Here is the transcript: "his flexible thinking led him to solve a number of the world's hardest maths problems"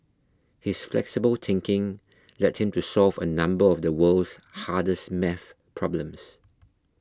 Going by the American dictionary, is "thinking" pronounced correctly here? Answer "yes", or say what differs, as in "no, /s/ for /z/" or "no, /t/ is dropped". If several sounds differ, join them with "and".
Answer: no, /t/ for /θ/